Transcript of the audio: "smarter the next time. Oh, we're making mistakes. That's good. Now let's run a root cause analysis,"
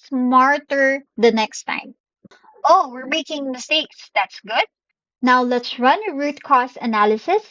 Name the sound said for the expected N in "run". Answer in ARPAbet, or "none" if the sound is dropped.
N